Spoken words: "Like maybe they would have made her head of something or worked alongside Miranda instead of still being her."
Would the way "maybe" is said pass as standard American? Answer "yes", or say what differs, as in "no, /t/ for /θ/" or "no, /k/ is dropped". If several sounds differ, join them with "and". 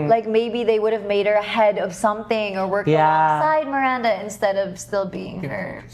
yes